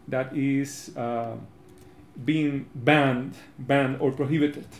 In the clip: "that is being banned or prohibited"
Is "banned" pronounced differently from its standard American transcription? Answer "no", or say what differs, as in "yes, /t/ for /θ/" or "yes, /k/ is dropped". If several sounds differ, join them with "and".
no